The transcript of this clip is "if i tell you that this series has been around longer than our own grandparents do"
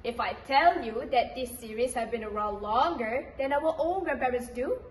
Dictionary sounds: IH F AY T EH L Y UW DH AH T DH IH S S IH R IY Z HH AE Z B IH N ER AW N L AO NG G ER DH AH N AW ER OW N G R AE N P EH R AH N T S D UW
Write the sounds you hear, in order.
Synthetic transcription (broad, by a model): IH F AY T EH L Y UW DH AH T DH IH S S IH R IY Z HH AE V B IH N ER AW L AO NG G ER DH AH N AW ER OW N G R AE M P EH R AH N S D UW